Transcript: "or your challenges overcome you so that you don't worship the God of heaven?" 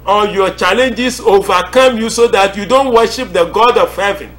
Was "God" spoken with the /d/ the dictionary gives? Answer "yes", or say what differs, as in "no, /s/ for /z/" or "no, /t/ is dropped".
yes